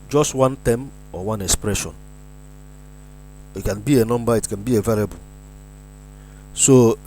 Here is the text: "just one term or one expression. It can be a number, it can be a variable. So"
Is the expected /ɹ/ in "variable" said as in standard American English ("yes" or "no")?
no